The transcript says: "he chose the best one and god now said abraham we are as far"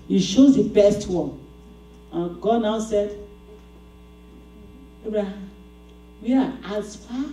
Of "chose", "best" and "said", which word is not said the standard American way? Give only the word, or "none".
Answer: chose